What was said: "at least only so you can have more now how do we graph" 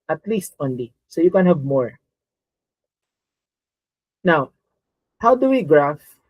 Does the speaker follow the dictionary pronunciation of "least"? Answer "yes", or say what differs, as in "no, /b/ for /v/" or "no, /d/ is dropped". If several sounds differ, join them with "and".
yes